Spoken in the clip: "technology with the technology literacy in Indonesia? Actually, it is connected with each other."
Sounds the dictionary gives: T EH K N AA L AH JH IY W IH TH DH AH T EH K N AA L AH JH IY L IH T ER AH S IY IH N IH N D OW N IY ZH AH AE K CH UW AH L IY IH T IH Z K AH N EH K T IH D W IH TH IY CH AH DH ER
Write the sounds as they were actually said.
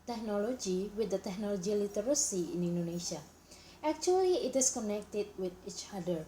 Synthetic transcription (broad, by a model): T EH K N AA L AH JH IY W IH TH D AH T EH K N AA L AH JH IY L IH T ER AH S IY IH N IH N D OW N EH SH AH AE K CH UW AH L IY IH T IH S K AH N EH K T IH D W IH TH IY CH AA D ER